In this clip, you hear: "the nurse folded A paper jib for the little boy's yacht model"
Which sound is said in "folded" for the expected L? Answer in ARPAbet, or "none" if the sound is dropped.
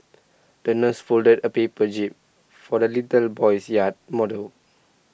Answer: L